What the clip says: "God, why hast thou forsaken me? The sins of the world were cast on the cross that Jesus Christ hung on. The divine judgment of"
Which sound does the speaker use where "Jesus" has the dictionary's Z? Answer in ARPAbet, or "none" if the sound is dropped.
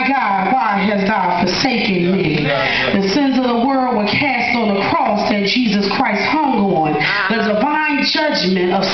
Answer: Z